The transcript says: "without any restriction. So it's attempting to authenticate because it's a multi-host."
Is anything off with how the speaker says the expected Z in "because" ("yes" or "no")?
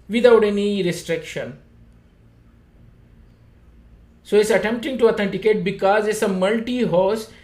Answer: no